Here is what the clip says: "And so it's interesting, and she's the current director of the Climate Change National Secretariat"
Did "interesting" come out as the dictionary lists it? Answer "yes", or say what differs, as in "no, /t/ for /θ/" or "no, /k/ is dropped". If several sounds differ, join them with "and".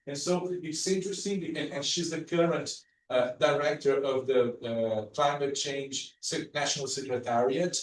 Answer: no, /n/ is dropped